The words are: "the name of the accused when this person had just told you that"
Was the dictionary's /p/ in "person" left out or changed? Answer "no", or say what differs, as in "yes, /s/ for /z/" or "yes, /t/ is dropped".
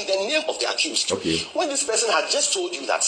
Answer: no